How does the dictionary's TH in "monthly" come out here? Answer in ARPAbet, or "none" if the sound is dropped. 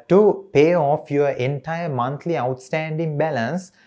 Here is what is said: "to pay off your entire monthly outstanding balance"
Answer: T